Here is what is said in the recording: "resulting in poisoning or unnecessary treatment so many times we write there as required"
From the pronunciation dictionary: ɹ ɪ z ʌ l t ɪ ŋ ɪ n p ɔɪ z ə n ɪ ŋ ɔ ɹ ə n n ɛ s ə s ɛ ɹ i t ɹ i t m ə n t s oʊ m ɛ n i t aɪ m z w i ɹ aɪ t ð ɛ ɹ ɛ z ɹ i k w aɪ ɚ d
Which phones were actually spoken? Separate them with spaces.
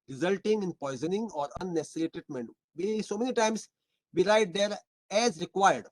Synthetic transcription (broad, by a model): ɹ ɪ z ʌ l t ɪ ŋ ɪ n p ɔɪ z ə n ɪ ŋ ɔ ɹ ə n n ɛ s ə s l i t ɛ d m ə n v s oʊ m ɛ n i t aɪ m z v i ɹ aɪ t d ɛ ɹ ɛ z ɹ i k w aɪ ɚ d